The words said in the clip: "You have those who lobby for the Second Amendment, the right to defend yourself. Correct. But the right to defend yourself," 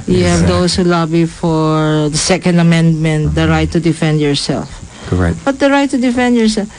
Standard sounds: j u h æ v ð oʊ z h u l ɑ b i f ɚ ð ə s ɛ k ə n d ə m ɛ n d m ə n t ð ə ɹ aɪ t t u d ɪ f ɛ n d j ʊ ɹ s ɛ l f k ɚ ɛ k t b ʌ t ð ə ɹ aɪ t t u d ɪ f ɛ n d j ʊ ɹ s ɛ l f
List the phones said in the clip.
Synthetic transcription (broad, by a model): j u h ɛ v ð oʊ s h u l ɑ b i f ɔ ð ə s ɛ k ə n d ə m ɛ n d m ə n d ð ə ɹ aɪ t t u d ɪ f ɛ n d j ʊ ɹ s ɛ l f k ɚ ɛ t b ʌ t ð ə ɹ aɪ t t u d ɪ f ɛ n d j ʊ ɹ s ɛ l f